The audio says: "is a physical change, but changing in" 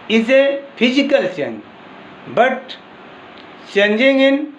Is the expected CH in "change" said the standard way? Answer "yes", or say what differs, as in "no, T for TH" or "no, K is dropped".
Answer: no, S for CH